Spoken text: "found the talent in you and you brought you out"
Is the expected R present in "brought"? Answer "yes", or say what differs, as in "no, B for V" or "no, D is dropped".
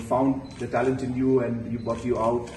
no, R is dropped